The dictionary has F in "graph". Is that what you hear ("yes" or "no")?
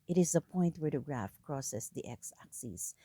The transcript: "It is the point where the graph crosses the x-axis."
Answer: yes